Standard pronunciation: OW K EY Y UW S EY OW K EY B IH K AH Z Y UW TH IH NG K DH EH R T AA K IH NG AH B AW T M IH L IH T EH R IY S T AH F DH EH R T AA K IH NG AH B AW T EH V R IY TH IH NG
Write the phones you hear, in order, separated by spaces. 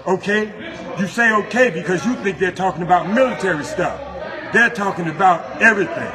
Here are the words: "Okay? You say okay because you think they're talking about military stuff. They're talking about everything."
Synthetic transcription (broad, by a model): OW K EY Y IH S EY OW K EY B IH K AH Z Y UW TH IH NG K DH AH R T AA K IH NG AH B AW T M IH L IH T EH R IY S T AH F DH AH R T AA K IH NG AH B AW T EH V R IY TH IH NG